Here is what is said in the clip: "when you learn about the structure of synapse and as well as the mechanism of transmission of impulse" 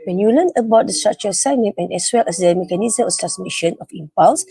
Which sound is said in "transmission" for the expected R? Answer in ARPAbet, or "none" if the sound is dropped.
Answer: none